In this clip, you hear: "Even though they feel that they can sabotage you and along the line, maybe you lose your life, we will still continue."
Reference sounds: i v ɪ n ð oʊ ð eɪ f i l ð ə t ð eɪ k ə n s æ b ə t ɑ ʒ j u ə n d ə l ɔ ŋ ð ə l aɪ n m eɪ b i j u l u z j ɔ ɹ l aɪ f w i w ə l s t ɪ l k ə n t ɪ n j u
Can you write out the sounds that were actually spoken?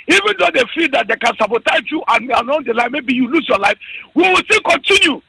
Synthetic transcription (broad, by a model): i v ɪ n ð oʊ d eɪ f i l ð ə t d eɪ k ə n s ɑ b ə t ɑ z j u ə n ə n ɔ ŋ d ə l aɪ m eɪ b i j u l u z j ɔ l aɪ f w i w ə l s t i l k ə n t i n j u